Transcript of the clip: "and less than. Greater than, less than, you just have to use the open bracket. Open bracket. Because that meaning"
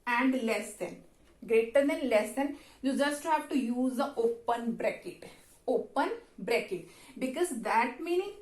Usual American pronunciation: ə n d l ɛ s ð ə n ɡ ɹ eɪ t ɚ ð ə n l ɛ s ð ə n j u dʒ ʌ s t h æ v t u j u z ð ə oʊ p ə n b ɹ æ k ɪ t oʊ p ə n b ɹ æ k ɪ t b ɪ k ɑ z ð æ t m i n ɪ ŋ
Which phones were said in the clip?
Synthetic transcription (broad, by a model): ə n d l ɛ s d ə n ɡ ɹ eɪ t ɚ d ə n l ɛ s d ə n j u dʒ ʌ s t h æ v t u j u z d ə oʊ p ə n b ɹ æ k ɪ t oʊ p ə n b ɹ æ k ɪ t b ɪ k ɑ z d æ t m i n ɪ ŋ